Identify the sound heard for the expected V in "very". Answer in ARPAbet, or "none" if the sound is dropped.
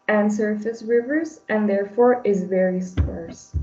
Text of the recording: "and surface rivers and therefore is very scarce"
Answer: V